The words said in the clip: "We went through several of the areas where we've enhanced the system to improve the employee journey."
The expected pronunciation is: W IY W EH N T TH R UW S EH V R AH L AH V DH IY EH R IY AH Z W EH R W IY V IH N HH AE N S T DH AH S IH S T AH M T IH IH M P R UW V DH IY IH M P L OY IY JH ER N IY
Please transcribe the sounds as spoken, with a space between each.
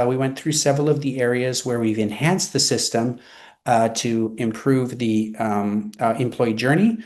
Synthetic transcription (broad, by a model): W IY W EH N TH R UW S EH V R L AH V DH IY EH R IY AH Z W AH R W IY V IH N HH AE N S DH AH S IH S T AH M T IH IH M P R UW V DH IY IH M P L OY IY JH ER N IY